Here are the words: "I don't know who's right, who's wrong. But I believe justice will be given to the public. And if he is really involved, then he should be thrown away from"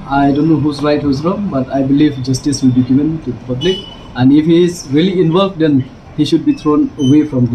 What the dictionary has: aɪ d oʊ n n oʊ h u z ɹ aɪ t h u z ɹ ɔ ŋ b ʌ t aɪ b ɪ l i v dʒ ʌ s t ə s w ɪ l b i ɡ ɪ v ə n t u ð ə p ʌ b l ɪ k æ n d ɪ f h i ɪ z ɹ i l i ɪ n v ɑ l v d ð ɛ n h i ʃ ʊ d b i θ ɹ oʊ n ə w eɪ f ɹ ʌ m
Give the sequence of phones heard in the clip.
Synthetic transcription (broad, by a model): aɪ d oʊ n n oʊ h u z ɹ aɪ t h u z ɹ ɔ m b ʌ t aɪ b ɪ l i v dʒ ʌ s t ə s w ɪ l b i ɡ ɪ v ə n t u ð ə p ʌ b l ɪ k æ n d ɪ f h i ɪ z ɹ i l i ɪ n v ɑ l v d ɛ n h i ʃ ʊ d b i t ɹ oʊ n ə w eɪ f ɹ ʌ m